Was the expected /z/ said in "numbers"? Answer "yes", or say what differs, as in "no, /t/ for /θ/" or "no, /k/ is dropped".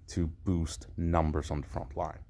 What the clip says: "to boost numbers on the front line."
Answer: yes